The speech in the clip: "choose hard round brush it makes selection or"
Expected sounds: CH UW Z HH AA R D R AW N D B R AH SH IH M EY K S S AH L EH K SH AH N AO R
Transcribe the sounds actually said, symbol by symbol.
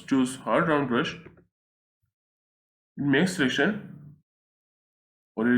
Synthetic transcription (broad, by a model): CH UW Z HH AA R D R AW N D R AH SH IH M EY K S S AH L EH K SH AH N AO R